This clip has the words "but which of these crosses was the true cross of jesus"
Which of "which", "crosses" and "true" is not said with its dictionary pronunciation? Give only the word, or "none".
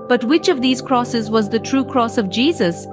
none